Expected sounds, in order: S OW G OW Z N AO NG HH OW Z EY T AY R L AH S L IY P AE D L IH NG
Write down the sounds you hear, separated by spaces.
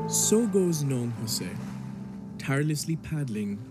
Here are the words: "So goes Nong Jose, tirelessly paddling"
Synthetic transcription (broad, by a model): S OW G OW Z N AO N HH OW S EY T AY R L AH S L IY P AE D L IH NG